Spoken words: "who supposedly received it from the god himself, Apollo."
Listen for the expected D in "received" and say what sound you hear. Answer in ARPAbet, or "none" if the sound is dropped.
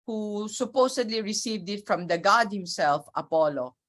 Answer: D